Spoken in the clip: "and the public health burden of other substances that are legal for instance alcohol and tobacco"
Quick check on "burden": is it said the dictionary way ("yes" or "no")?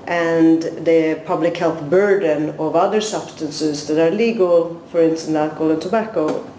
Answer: yes